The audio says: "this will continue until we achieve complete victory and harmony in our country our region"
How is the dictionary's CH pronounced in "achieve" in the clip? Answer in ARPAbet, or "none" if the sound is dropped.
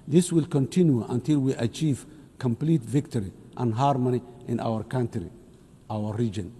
CH